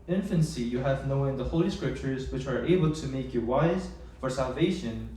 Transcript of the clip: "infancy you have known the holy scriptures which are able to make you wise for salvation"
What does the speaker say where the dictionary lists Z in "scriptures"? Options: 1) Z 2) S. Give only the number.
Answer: 1